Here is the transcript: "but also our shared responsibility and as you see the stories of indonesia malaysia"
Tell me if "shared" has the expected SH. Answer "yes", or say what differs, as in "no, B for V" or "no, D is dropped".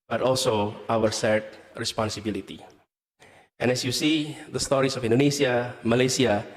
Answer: no, S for SH